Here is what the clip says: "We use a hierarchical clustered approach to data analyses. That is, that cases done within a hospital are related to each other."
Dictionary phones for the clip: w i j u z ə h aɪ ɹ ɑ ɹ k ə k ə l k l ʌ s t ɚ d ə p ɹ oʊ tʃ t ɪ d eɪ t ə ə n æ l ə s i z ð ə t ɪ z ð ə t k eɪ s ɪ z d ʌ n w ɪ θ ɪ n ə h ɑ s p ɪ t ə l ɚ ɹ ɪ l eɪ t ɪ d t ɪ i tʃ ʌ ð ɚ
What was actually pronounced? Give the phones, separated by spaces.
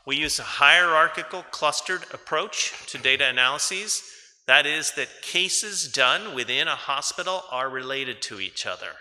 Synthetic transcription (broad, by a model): w i j u z ə h aɪ ɹ ɑ ɹ k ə k l k l ʌ s t ɚ d ə p ɹ oʊ tʃ t ɪ d eɪ t ə ə n æ l ə s i z ð ə t ɪ z ð ə t k eɪ s ɪ z d ʌ n w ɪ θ ɪ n ə h ɑ s p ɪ t l ɚ ɹ ɪ l eɪ t ɪ d t ɪ i tʃ ʌ ð ɚ